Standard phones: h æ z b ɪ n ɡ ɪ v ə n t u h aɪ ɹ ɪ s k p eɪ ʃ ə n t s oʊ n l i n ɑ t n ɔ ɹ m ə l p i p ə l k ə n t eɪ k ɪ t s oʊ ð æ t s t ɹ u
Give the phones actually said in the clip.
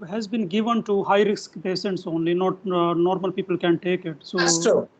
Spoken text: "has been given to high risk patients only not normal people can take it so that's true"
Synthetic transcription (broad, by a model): h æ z b ɪ n ɡ ɪ v ə n t u h aɪ ɹ ɪ s k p eɪ s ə n t s oʊ n l i n ɑ t n ɔ ɹ m ə l p i p ə l k ə n t eɪ k ɪ t s oʊ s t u